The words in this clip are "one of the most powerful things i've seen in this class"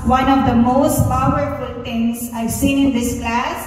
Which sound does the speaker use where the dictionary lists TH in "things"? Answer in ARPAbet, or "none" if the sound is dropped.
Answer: T